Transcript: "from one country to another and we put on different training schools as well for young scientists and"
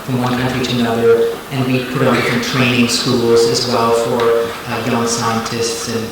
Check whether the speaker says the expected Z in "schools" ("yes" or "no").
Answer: yes